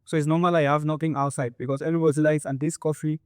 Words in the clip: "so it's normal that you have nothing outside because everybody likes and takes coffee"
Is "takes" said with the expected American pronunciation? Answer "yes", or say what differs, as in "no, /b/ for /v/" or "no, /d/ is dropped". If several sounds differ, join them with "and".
no, /k/ is dropped